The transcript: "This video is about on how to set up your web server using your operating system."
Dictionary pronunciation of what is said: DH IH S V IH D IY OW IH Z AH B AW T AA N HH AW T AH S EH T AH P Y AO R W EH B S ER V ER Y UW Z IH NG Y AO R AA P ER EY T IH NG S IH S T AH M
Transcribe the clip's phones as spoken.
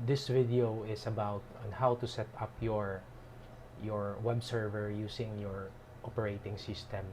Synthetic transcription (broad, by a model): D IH S V IH D IY OW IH S AH B AW T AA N HH AW T AH S EH T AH P Y AO R W EH B S ER V ER Y UW S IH NG Y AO R AA P ER EY T IH NG S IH S T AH M